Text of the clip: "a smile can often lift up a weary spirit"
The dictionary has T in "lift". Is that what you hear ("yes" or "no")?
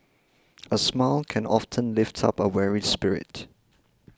yes